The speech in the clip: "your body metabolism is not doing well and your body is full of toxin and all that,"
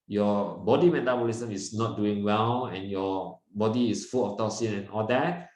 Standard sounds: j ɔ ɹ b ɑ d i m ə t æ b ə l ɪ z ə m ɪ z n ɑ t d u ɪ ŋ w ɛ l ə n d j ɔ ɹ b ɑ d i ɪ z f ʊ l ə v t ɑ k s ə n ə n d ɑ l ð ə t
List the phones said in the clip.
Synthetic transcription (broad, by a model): j ɔ b ɑ d i m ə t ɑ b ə l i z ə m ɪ s n ɑ t d u ɪ ŋ w ɛ l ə n j ɔ b ɑ d i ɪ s f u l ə f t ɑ s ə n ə n ɑ l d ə t